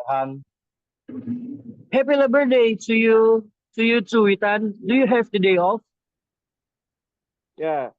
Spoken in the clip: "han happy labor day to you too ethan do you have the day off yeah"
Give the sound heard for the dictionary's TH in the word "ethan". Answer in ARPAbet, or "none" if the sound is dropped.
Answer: T